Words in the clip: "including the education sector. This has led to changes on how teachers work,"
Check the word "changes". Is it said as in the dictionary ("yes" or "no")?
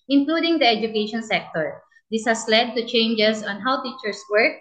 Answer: no